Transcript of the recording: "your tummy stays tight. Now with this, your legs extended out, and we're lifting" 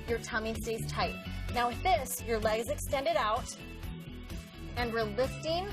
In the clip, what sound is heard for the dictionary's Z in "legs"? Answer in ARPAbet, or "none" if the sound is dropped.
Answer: Z